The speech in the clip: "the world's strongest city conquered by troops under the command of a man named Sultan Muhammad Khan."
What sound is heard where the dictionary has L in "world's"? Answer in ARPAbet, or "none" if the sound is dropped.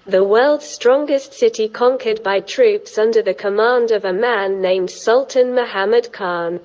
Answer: L